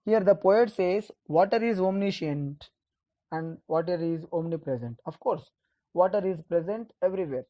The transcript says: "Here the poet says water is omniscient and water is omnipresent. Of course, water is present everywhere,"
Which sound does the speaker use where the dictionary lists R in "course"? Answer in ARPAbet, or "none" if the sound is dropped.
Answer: R